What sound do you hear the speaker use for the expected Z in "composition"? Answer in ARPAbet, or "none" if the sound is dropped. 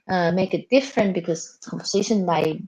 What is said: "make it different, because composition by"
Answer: S